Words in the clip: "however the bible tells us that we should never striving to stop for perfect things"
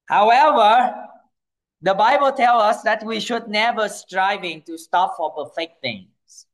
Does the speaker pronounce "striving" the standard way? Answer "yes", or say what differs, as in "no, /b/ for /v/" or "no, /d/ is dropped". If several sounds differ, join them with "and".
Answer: yes